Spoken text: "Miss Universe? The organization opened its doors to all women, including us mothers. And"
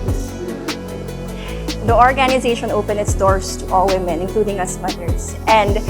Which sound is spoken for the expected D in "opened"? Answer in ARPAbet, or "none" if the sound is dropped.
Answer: none